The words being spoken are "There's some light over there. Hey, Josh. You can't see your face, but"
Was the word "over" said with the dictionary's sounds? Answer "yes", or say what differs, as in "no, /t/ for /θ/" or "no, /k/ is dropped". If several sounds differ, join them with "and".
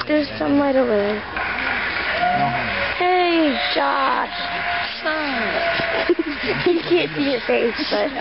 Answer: no, /v/ is dropped